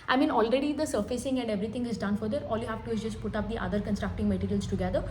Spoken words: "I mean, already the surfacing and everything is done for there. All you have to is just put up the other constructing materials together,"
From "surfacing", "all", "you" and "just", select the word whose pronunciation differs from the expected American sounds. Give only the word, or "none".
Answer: none